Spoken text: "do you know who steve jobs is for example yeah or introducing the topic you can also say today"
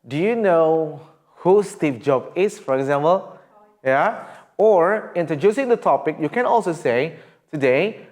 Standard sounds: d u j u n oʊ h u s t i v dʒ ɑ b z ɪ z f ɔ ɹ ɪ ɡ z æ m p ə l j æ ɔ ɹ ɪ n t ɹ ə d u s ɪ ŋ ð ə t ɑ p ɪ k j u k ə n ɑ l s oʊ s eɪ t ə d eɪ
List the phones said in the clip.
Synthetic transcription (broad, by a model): d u j u n oʊ h u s t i p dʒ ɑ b ɪ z f ɔ ɹ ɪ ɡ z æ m p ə l j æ ɔ ɹ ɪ n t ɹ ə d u s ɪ ŋ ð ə t ɑ p ɪ k j u k ə n ɑ l s oʊ s eɪ t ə d eɪ